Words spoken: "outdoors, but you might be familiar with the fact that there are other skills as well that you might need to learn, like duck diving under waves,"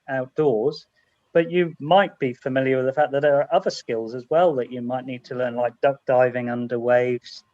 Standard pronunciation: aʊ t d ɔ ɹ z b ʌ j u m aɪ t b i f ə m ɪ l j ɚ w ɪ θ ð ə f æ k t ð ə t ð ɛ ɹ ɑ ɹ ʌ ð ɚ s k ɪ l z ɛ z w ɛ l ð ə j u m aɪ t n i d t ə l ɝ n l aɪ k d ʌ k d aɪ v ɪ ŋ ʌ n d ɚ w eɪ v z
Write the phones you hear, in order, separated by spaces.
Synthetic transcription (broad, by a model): aʊ t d ɔ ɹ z b ʌ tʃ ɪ m aɪ t b i f ə m ɪ l j ɚ w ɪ ð ə f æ k ð ə t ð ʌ ɹ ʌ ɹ ʌ ð ɚ s k ɪ l z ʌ z w ɛ l ð ə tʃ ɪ m aɪ t n i d t ə l ɝ n l aɪ k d ʌ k d aɪ v ɪ ŋ ʌ n d ɚ w eɪ v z